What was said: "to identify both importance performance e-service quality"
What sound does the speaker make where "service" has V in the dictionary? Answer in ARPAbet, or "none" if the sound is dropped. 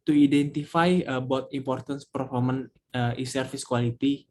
F